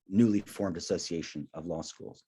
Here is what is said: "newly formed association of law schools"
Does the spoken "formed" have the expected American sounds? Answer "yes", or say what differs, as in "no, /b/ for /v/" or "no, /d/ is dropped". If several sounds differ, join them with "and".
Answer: yes